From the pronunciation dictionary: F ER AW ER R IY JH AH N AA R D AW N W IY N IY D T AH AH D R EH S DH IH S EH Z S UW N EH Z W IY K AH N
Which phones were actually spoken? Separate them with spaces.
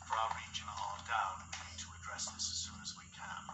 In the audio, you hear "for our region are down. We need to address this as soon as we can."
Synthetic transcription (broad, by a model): F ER AW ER R IY JH AH N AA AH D AW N W IY N IY D T AH AH D R EH S DH IH S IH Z S UW N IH Z W IY K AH N